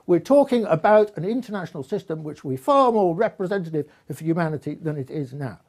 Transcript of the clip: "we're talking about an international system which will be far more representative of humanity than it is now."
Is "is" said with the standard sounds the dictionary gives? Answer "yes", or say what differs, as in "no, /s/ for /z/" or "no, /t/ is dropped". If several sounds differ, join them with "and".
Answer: yes